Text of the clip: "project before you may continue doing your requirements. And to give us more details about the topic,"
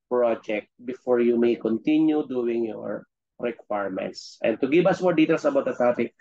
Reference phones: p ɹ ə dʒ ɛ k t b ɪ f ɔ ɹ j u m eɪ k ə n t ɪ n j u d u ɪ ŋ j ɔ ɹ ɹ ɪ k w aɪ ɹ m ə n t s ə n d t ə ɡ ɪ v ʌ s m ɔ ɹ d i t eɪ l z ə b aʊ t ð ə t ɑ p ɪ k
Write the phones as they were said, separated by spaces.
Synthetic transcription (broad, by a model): p ɹ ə dʒ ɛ k t b ɪ f ɔ ɹ j u m eɪ k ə n t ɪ n j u d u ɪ ŋ j ɔ ɹ ɹ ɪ k w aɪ ɹ m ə n t s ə n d t ə ɡ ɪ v ʌ s m ɔ ɹ d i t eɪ l s ə b aʊ t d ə t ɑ p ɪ k